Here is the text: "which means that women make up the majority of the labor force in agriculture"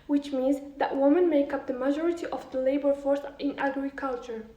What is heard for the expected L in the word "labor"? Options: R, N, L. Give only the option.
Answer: L